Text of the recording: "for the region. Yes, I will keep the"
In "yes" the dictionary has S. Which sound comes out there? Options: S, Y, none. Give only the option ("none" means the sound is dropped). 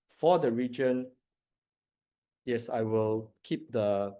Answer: S